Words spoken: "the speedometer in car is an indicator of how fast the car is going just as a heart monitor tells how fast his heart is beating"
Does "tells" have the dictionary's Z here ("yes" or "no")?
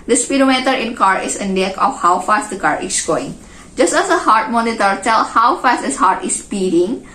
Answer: no